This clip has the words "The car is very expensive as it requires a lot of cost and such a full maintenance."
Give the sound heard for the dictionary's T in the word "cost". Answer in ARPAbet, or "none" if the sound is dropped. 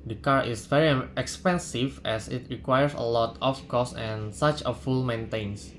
none